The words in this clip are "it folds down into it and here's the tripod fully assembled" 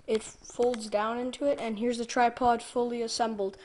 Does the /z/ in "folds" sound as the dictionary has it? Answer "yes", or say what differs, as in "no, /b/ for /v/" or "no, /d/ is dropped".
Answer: yes